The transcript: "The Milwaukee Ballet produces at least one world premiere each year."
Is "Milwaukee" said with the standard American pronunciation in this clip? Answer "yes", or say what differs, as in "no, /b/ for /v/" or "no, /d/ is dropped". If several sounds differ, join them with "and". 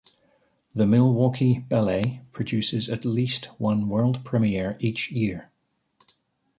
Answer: yes